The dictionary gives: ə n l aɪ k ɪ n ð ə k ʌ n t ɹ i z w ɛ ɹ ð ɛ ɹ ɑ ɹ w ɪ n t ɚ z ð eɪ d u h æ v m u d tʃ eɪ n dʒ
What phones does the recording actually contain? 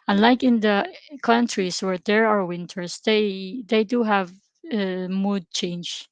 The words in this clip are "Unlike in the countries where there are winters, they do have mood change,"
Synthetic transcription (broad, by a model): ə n l aɪ k ɪ n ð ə k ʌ n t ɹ i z w ɛ ɹ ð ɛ ɹ ɑ ɹ w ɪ n t ɚ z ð eɪ d u h æ v m u d tʃ eɪ n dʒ